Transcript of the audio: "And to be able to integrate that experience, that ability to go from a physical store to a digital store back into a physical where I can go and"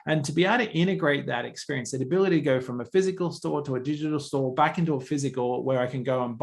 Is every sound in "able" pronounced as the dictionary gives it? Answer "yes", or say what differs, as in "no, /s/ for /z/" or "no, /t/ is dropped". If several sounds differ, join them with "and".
no, /b/ is dropped